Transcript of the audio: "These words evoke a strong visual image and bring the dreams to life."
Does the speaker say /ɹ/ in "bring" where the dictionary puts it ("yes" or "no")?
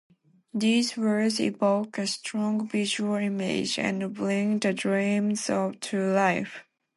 no